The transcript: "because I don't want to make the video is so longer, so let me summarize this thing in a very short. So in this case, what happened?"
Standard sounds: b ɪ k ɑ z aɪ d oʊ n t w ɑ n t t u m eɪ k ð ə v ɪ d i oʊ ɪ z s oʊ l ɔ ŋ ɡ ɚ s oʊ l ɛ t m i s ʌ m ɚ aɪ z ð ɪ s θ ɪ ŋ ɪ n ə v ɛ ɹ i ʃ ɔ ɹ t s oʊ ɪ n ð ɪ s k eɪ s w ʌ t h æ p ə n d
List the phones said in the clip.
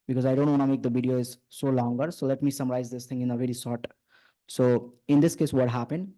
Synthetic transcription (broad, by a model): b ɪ k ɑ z aɪ d oʊ n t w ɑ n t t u m eɪ k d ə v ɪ d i oʊ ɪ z s oʊ l ɔ ŋ ɡ ɚ s oʊ l ɛ t m i s ʌ m ɚ aɪ z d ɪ s t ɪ ŋ ɪ n ə v ɛ ɹ i s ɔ ɹ t s oʊ ɪ n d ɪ s k eɪ s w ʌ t h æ p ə n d